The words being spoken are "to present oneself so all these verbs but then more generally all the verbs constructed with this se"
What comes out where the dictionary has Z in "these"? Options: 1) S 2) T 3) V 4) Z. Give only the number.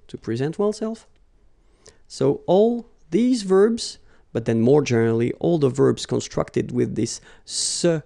4